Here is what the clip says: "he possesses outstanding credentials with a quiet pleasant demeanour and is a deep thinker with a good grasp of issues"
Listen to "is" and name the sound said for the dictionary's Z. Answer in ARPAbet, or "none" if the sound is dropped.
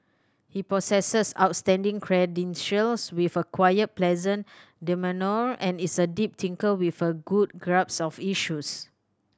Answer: S